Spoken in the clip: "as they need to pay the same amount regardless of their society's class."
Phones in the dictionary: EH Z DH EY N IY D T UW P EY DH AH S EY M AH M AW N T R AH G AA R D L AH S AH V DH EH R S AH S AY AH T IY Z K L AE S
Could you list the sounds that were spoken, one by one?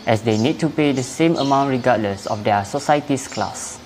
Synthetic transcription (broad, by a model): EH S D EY N IY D T UW P EY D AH S EY M AH M AW N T R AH G AA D L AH S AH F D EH S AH S AY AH T IY S K L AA S